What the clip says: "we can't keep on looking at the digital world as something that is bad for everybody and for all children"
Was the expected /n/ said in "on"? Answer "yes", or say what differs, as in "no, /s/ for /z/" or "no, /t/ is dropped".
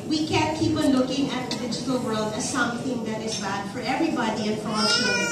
no, /l/ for /n/